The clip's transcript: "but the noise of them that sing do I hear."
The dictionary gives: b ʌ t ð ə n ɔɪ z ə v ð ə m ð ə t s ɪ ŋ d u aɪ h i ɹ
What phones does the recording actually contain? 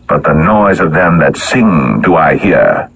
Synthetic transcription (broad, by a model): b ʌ t ð ə n ɔɪ z ə v ð ə m ð ə t s ɪ ŋ d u aɪ h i ɹ